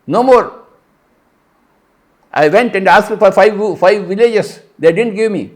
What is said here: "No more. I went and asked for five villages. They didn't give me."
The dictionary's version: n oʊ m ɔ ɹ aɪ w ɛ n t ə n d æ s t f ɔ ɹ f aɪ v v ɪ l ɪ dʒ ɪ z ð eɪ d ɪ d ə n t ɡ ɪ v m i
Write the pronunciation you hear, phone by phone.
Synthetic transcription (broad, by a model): n oʊ m ɔ ɹ aɪ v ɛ n t ə n d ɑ s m f ɔ ɹ f aɪ v f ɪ l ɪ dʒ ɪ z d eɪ d ɪ d ə n t ɡ ɪ v m i